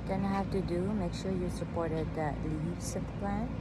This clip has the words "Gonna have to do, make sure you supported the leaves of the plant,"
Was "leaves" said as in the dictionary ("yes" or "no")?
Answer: no